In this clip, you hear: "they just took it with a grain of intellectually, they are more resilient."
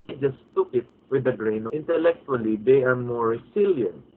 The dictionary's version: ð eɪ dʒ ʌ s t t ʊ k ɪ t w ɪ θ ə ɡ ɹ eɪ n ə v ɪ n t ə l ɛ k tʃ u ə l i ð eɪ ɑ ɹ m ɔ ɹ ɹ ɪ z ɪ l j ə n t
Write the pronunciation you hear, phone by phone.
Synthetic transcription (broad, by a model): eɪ dʒ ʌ s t t ʊ k ɪ t w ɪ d ə ɡ ɹ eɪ ə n ɪ n t ə l ɛ k tʃ u ə l i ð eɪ ɑ ɹ m ɔ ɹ ɹ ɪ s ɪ l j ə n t